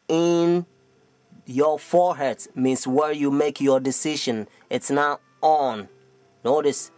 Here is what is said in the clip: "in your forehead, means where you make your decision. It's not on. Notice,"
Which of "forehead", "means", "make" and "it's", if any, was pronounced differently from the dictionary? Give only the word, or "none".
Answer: means